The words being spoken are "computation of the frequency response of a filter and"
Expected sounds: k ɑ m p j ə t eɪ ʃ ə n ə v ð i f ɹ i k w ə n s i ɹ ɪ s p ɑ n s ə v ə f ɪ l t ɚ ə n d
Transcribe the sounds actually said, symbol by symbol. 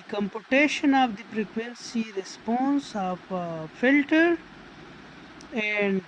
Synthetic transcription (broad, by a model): k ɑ m p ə t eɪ ʃ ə n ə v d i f ɹ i k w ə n s i ɹ ɪ s p ɑ n s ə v f ɪ l t ɚ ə n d